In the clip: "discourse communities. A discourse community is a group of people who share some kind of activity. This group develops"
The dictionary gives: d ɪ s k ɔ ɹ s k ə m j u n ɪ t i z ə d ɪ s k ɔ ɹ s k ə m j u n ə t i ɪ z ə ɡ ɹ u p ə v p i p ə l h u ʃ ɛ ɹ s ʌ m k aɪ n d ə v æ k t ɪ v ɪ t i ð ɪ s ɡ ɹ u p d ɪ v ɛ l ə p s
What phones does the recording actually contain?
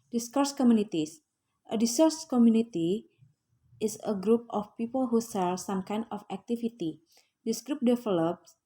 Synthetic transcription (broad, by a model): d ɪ s k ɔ ɹ s k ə m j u n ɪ t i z ə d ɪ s ɔ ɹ s k ə m j u n ə t i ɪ s ə ɡ ɹ u p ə f p i p ə l h u s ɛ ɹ s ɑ m k aɪ n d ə f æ k t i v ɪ t i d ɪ s ɡ ɹ u p d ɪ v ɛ l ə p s